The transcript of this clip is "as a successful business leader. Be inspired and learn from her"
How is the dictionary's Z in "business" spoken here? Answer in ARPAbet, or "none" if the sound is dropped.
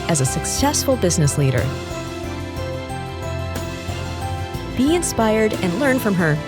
Z